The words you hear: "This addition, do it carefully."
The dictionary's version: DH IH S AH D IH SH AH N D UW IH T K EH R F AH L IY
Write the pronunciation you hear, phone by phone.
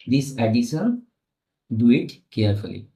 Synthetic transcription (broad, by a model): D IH S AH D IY S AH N D UW IH T K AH R F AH L IY